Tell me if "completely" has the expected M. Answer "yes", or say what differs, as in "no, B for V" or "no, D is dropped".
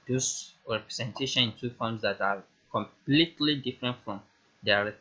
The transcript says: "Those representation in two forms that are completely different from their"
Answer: yes